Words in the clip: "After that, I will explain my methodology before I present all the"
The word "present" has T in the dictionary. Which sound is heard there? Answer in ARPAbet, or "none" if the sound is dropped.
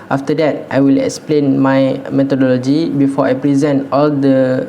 T